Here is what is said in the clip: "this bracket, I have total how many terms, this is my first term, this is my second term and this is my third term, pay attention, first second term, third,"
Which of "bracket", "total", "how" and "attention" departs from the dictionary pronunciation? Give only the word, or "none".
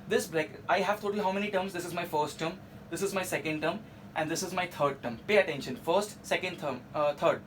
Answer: bracket